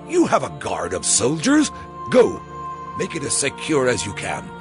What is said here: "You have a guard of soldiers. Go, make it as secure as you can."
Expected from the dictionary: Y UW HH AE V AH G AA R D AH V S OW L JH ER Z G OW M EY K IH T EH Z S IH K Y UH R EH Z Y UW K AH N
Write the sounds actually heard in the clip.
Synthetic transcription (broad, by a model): Y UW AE V AH G AA R D AH V S OW L JH ER Z G OW M EY K IH T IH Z S IH K Y UH R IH Z Y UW K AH N